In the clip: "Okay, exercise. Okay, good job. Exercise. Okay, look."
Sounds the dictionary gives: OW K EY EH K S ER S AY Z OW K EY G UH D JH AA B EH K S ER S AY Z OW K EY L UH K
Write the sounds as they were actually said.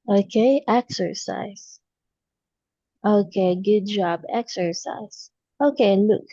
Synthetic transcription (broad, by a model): OW K EY EH K S ER S AY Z OW K EY G UH D JH AA B EH K S ER S AY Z OW K EY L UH K